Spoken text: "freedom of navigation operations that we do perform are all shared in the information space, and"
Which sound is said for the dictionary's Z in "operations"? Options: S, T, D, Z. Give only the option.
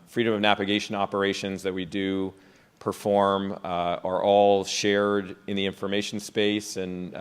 Z